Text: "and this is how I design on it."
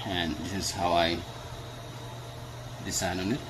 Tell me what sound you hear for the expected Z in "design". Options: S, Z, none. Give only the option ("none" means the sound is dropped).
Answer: S